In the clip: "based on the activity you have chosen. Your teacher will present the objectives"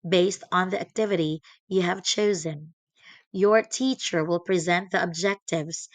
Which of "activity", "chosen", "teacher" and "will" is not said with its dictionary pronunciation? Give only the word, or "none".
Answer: none